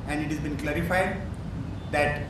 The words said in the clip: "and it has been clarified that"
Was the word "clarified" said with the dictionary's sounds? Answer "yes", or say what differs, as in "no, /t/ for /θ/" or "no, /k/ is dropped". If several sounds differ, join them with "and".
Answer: yes